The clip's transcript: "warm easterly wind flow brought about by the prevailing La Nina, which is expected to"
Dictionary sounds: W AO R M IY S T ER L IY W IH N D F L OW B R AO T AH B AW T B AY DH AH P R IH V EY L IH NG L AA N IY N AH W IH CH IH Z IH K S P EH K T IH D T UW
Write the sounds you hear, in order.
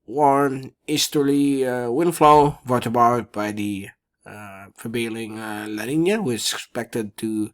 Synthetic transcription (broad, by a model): W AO R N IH S T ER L IY W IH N F L OW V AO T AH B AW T B AY DH AH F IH B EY L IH NG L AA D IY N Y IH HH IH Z IH K S P EH K T IH D T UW